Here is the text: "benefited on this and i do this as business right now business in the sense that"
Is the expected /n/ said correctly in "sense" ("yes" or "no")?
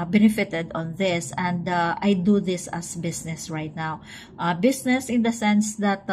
yes